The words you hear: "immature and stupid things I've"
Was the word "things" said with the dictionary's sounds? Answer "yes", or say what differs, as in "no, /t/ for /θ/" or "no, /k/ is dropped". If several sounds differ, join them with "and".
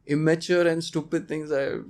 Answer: no, /t/ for /θ/